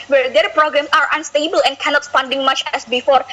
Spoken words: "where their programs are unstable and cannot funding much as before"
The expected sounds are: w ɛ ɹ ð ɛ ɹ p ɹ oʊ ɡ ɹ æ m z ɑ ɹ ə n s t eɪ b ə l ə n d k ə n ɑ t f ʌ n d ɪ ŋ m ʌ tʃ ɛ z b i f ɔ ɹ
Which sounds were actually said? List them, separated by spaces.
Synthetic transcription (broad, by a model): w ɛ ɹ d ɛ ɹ p ɹ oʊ ɡ ɹ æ m s ɑ ɹ ə n s t eɪ b ə l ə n k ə n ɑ t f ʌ n d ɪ ŋ m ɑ tʃ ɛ s b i f ɔ ɹ